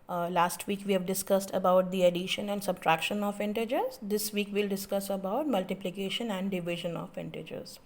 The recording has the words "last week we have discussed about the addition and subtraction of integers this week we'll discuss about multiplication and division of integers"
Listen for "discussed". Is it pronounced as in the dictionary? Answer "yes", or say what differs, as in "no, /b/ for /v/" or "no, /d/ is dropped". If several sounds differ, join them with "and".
yes